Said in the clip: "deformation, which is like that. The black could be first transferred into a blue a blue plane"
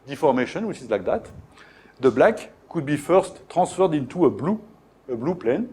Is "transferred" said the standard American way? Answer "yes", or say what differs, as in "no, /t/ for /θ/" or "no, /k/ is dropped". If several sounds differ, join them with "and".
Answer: no, /n/ is dropped